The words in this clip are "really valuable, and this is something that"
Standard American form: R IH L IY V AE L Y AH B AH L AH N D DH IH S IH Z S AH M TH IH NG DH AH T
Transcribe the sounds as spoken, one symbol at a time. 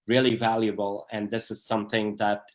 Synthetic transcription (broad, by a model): R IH L IY V AE L Y AH B AH L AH N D DH IH S IH Z S AH M TH IH NG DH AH T